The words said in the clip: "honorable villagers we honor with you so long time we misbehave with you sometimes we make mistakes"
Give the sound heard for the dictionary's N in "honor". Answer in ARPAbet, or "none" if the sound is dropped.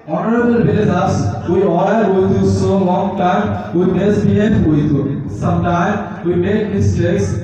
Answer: L